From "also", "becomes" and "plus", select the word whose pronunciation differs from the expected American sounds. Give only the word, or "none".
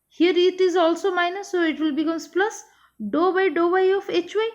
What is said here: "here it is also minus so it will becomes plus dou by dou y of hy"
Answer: becomes